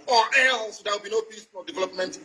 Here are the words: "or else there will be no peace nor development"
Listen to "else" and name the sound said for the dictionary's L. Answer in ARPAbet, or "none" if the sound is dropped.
none